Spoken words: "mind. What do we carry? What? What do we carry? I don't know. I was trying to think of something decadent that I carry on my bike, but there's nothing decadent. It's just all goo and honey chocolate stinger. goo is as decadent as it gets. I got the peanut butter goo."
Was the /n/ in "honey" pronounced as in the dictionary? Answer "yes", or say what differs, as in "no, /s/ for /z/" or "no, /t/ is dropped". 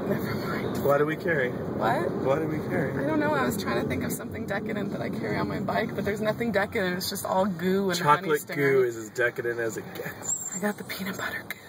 no, /n/ is dropped